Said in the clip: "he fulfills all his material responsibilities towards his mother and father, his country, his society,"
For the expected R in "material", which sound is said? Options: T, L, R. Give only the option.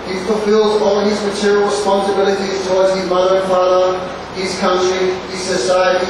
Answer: R